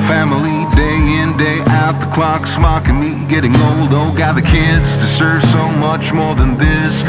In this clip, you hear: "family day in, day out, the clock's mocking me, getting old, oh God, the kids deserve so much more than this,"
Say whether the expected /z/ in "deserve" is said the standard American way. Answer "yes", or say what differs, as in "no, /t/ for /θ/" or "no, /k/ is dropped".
no, /s/ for /z/